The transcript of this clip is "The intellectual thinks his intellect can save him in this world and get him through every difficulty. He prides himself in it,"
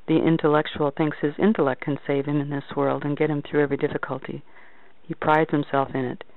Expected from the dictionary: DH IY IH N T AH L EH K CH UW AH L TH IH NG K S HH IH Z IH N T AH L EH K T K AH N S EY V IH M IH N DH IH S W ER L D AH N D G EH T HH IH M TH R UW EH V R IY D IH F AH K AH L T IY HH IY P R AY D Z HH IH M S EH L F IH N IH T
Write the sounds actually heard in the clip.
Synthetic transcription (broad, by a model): DH IY IH N T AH L EH K CH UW L TH IH NG K S HH IH Z IH N T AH L EH K K AH N S EY V IH M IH N DH IH S W ER L D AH N G EH T HH IH M TH R UW EH V R IY D IH F AH K AH L T IY HH IY P R AY D Z HH IH M S EH L F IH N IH T